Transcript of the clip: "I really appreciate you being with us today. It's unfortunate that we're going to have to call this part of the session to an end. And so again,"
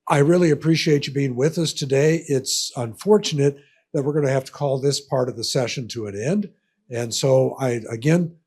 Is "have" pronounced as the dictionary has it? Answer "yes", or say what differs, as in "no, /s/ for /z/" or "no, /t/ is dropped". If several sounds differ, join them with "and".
no, /f/ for /v/